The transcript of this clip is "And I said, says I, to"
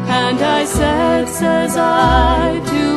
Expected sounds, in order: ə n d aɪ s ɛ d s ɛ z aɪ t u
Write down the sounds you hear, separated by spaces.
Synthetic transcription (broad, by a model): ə n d aɪ s ɛ d s ɛ z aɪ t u